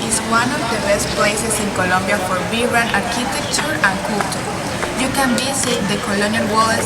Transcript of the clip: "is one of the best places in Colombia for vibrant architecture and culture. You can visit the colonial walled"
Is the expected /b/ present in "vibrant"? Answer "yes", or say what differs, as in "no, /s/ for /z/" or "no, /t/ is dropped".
no, /b/ is dropped